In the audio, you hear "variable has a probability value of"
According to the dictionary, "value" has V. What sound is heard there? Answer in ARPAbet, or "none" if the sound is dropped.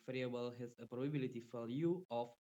F